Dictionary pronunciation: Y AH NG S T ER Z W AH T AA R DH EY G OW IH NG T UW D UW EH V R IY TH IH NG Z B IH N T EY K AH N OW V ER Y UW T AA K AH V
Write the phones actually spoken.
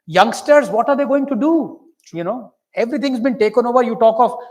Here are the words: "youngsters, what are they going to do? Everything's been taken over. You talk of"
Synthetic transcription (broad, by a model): Y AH NG S T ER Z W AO T AA R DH EY G OW IH NG T UW D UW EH V R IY T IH NG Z B IH N T EY K AH N OW V ER Y UW T AA K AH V